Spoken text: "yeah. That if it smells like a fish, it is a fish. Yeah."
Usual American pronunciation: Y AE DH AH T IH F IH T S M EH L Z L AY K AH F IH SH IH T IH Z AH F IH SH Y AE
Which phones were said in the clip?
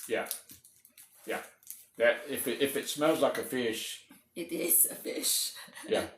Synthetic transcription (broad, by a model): Y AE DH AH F IH F IH T S M EH L Z L AY K AH F IH SH IH T IH Z AH F IH SH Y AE